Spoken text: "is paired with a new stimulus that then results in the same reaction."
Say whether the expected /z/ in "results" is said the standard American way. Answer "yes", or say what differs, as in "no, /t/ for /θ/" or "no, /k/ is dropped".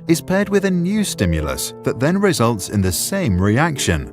yes